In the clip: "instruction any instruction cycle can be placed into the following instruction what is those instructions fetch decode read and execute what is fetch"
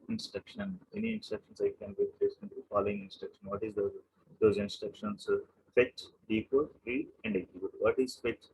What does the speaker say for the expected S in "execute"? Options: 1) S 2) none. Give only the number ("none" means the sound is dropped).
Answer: 2